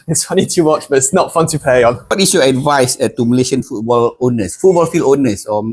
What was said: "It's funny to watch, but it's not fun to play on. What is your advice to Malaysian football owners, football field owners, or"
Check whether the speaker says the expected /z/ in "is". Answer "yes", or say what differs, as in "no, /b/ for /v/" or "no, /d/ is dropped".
no, /s/ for /z/